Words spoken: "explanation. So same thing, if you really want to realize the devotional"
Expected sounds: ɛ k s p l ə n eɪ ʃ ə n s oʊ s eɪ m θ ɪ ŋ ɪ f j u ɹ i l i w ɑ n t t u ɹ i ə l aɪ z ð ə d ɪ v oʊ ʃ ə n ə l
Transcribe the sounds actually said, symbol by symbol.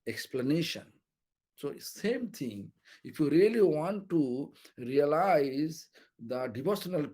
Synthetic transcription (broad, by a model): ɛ k s p l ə n eɪ ʃ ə n s oʊ s eɪ m t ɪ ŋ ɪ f j u ɹ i l i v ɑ n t t u ɹ i ə l aɪ z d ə d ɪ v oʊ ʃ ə n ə l